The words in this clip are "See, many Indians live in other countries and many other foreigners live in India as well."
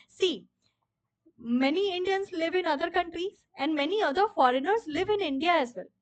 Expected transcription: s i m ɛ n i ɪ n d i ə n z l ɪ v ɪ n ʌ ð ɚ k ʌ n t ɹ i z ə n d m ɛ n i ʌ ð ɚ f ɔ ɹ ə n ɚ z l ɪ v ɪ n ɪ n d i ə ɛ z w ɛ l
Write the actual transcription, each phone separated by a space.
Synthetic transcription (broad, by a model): s i m ɛ n i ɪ n d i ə n s l ɪ v ɪ n ʌ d ɚ k ʌ n t ɹ i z ə n d m ɛ n i ʌ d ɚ f ɔ ɹ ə n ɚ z l ɪ v ɪ n ɪ n d i ə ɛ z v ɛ l